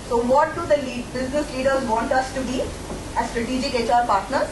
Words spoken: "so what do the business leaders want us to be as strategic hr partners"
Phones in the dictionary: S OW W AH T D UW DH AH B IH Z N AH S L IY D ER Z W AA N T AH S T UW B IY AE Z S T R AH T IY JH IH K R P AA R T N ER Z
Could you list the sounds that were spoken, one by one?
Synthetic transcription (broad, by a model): S OW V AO T D UW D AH B IH Z N AH S L IY D ER Z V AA N T AH S T UW B IY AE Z S T R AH T IY JH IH K R P AA R T N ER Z